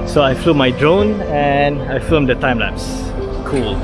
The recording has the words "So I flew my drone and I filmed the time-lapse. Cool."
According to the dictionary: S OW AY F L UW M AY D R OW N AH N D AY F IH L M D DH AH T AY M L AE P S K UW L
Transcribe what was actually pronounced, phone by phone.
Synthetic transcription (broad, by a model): S OW AY F L UW M AY D R OW N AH N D AY F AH M D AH T AY M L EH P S K UW L